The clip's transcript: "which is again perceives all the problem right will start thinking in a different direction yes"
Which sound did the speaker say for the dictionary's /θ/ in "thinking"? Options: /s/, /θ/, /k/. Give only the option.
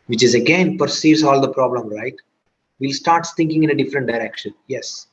/s/